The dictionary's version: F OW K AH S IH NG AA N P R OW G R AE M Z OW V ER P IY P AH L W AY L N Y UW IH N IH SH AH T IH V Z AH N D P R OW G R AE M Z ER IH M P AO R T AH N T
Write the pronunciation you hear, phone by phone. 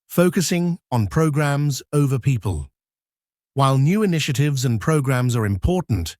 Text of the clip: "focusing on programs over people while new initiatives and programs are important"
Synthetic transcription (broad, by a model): F OW K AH S IH NG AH N P R OW G R AE M Z OW V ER P IY P AH L W AY L N Y UW IH N IH SH AH T IH V Z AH N P R OW G R AE M Z ER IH M P AO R T N T